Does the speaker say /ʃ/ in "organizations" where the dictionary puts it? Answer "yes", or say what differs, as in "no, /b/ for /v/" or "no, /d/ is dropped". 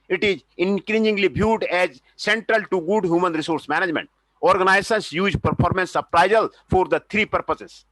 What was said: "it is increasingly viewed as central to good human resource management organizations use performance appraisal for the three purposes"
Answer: no, /s/ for /ʃ/